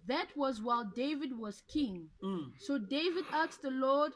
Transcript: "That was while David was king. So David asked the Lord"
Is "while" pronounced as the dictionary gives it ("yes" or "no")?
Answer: yes